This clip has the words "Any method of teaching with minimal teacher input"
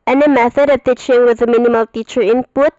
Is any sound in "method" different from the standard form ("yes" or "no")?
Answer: no